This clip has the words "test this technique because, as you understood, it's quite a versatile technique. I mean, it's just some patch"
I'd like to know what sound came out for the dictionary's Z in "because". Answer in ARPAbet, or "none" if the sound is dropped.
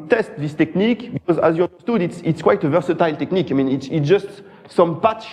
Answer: Z